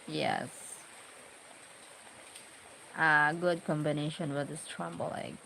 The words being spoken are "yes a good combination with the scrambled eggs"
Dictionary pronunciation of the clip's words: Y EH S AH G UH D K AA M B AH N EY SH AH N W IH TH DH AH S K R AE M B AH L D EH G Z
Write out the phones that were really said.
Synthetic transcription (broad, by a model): Y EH S AH G UH D K AA M B AH N EY SH AH N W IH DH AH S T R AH M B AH L EH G